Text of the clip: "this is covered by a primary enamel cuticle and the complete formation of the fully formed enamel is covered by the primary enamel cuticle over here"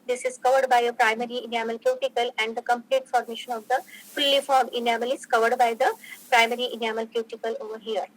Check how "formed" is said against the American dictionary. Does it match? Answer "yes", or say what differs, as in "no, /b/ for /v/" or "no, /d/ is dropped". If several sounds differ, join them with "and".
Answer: no, /d/ is dropped